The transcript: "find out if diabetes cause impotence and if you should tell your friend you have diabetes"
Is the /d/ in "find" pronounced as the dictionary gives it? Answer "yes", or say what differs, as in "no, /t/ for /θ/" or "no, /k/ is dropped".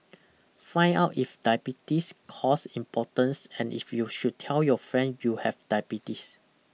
no, /d/ is dropped